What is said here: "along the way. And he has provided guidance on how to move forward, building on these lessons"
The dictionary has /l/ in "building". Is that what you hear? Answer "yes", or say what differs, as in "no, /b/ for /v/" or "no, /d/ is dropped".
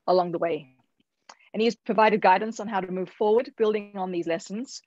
yes